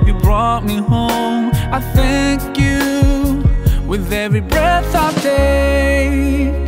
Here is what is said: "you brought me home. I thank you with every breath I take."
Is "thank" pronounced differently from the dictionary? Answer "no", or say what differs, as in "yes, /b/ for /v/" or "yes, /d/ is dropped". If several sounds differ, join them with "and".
no